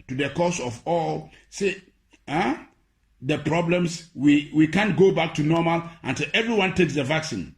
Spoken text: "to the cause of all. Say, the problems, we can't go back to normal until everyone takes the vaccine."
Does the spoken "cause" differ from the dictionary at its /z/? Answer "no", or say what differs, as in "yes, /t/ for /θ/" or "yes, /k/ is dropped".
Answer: yes, /s/ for /z/